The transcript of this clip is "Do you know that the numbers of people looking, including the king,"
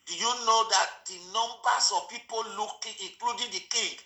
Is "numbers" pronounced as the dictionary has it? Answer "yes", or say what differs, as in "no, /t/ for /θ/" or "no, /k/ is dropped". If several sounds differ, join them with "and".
no, /s/ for /z/